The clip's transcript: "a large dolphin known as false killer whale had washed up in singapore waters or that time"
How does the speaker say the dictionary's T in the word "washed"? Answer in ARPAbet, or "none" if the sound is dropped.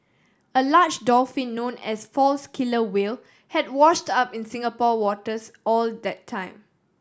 T